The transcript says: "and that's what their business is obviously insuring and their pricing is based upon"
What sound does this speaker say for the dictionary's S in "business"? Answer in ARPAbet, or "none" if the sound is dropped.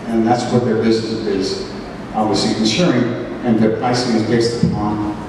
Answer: none